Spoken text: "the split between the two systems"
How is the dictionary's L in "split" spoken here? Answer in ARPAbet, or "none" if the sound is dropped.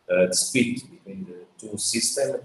none